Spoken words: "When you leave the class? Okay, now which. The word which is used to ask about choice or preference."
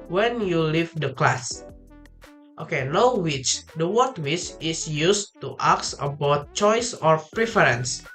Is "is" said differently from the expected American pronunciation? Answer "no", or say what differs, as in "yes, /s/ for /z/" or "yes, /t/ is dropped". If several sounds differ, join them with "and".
yes, /s/ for /z/